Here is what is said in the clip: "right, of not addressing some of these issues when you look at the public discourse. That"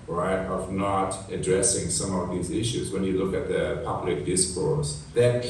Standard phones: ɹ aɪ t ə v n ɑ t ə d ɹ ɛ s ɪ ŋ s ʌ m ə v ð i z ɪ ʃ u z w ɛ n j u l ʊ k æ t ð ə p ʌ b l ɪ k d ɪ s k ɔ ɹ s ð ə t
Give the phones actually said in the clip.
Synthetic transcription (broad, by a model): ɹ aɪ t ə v n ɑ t ə d ɹ ɛ s ɪ ŋ s ʌ m ə v ð i z ɪ ʃ u z w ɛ n j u l ʊ k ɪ t ð ə p ʌ b l ɪ k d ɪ s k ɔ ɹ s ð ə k